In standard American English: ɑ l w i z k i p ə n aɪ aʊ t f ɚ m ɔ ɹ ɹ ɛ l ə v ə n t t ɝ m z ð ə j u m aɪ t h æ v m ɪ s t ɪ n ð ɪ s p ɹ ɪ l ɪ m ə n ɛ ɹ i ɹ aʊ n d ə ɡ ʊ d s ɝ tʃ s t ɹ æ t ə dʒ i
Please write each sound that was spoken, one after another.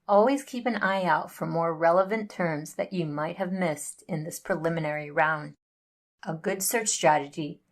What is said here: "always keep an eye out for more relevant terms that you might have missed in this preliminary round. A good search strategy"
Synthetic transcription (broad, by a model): ɑ l w i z k i p ə n aɪ aʊ t f ɚ m ɔ ɹ ɹ ɛ l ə v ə n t t ɝ m z ð ə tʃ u m aɪ t h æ v m ɪ s t ɪ n ð ɪ s p ɹ ɪ l ɪ m ə n ɛ ɹ i ɹ aʊ n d ə ɡ ʊ d s ɝ tʃ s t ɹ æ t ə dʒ i